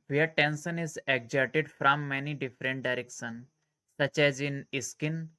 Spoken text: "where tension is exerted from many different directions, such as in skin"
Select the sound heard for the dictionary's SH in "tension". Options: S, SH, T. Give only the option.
S